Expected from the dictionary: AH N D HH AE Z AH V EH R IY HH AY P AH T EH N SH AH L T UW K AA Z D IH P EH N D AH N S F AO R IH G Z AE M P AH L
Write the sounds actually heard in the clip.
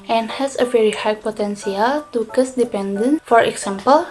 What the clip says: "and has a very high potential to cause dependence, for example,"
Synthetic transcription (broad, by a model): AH N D HH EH S AH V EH R IY HH AY P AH T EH N S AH L T UW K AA S D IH P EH N D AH N F AO R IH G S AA M P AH L